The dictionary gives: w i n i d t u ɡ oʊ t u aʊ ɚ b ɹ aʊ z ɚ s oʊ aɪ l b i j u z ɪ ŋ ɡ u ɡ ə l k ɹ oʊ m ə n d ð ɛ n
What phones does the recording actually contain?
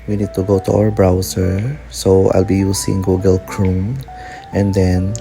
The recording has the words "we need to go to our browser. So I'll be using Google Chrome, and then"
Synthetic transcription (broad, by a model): w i n i d t u ɡ oʊ t u aʊ ɚ b ɹ aʊ s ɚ s oʊ aɪ l b i j u s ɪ ŋ ɡ u ɡ ə l k ɹ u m ə n d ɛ n